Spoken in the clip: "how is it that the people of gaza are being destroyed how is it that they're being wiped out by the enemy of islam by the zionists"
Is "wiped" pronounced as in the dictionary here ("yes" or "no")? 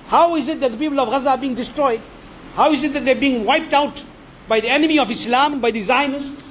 yes